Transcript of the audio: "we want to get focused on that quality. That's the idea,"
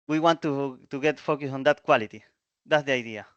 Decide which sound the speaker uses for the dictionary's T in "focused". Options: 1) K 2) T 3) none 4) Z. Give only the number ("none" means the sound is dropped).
3